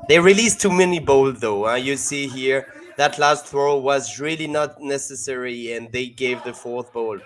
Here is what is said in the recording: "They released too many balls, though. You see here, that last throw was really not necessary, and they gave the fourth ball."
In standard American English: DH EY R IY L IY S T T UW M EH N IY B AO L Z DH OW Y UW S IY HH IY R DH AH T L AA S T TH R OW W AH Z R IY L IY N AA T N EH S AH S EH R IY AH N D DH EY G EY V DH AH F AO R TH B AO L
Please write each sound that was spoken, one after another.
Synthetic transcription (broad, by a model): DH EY R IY L IY S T T UW M EH N IY B AO L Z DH OW Y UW S IY HH IY R DH AH T L AA S T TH R OW W AH Z R IY L IY N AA T N EH S AH S EH R IY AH N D DH EY G EY V DH AH F AO R TH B AO L